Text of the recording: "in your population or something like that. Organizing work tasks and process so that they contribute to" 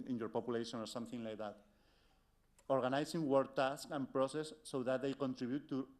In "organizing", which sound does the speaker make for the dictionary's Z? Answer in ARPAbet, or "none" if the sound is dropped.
S